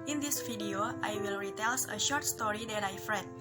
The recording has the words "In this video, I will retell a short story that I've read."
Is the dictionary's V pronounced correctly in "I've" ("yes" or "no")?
no